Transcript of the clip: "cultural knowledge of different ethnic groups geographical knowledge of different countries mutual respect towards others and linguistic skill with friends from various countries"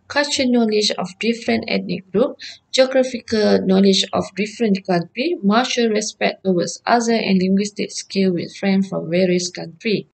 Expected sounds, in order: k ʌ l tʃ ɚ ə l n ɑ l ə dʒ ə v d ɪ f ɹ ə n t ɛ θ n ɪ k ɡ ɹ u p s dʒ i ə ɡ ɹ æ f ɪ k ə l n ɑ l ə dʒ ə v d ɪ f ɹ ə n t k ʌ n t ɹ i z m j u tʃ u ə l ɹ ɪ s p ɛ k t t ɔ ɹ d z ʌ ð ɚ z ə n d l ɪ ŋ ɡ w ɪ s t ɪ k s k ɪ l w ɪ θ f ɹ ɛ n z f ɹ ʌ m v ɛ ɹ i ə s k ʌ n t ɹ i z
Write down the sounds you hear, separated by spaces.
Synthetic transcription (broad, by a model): k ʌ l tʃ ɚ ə n ɑ l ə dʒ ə f d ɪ f ɹ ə n t ɛ t n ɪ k ɡ ɹ u p dʒ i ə ɡ ɹ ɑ f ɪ k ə l n ɑ l ə dʒ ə f d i f ɹ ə n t k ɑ n t ɹ i m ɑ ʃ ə l ɹ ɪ s p ɛ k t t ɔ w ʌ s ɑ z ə n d l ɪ ŋ ɡ w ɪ s t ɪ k s k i l w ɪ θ f ɹ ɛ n f ɹ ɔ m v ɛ ɹ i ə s k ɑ n t ɹ i